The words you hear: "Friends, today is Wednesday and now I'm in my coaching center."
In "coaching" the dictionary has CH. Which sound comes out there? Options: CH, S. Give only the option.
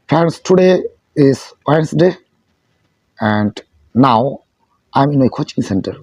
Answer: CH